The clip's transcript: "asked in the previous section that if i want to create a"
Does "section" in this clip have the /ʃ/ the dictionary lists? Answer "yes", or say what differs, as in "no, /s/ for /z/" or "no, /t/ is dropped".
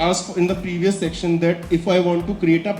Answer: yes